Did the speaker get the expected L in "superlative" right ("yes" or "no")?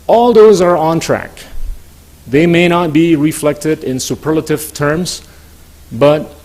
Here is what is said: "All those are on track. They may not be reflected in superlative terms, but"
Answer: yes